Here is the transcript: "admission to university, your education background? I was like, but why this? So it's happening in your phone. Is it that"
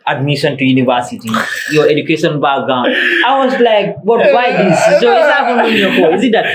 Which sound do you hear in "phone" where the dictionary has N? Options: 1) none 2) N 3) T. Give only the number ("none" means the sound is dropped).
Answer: 1